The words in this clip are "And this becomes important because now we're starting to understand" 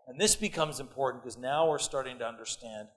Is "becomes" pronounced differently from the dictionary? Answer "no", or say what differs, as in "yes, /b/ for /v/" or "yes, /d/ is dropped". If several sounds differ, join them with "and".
no